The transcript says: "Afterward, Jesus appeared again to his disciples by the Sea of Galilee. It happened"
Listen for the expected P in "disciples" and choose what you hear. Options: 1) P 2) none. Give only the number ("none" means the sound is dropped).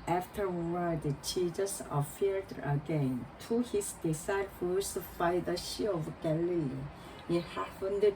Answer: 2